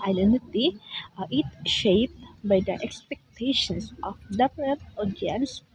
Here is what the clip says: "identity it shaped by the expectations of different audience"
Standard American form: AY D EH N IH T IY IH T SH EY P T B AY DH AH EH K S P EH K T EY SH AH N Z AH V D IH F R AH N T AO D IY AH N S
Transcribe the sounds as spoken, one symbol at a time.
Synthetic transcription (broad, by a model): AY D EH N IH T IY IH T SH EY P T B AY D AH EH K S P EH K T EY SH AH N S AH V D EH P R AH T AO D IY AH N S